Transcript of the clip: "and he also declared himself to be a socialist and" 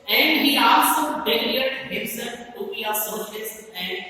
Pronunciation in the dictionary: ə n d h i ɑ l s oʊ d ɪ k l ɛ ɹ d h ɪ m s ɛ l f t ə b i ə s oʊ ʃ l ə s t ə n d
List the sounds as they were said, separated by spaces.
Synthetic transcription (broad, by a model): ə n d h i ɑ l s oʊ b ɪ l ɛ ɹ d h ɪ m s ɛ l f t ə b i ə s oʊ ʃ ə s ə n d